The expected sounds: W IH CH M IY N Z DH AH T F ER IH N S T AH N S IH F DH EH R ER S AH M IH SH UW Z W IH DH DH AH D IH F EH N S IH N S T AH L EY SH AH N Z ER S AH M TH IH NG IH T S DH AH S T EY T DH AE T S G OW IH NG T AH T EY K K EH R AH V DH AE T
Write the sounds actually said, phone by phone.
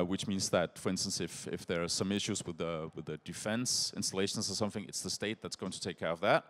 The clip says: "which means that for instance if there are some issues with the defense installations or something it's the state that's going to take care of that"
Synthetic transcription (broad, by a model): W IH CH M IY N Z DH AH T F ER IH N S T AH N S IH F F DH ER S AH M IH SH UW Z W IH DH DH AH D IH F EH N S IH N S T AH L EY SH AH N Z ER S AH M TH IH NG IH T S DH AH S T EY T DH AE T S G OW IH NG T AH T EY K K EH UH AH V DH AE T